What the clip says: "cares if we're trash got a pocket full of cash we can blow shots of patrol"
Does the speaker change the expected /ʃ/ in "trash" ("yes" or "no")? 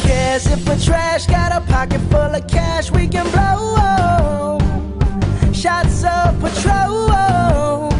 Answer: no